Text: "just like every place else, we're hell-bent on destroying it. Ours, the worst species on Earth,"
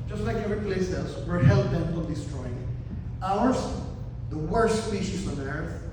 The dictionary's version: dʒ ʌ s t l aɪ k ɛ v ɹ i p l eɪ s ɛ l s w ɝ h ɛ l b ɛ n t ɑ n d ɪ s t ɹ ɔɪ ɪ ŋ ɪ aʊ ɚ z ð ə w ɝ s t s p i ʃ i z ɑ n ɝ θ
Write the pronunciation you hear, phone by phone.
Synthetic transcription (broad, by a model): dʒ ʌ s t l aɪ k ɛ ɹ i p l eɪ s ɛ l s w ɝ h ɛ l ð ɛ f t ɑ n d ɪ s t ɹ ɔɪ ɪ ŋ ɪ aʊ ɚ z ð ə w ɝ s t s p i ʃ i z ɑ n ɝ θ